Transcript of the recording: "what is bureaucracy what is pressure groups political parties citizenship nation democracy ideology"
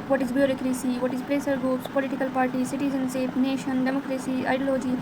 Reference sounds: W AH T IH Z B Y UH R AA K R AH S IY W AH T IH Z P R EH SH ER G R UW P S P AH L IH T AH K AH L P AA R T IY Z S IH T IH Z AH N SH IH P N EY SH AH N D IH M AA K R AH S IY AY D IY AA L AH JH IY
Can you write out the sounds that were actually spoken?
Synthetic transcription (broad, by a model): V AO T IH Z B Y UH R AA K R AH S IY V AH T IH Z P R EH S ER G R UW P S P AH L IH T AH K AH L P AA R T IY S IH T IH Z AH N S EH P N EY SH AH N D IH M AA K R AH S IY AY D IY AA L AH JH IY